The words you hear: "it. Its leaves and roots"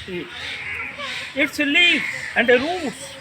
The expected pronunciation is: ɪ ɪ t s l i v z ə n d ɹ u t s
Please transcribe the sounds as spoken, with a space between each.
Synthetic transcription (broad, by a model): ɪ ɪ t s l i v ə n d ɹ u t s